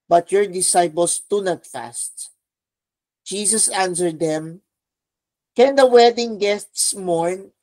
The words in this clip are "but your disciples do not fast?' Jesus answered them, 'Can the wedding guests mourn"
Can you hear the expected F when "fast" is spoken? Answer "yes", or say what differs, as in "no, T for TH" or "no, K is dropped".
yes